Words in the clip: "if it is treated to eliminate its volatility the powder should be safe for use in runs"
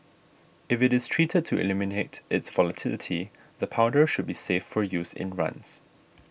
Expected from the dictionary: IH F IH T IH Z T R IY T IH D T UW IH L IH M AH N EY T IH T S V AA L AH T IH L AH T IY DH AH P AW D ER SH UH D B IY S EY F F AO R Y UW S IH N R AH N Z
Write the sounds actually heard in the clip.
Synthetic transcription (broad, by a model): IH F IH T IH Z T R IY T IH D T UW IH L IH M AH N EY T IH T S V AA L AH T IH L AH T IY DH AH P AW D ER SH UH D B IY S EY F F AO R Y UW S IH N R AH N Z